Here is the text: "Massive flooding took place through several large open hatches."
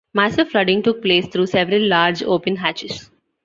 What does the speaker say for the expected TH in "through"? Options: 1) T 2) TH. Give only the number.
1